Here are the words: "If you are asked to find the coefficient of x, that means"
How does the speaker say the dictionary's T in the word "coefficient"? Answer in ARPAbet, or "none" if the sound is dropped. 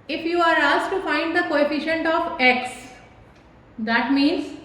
T